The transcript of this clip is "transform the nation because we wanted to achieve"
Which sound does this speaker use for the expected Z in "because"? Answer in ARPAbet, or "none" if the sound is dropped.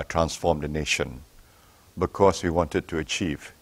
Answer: S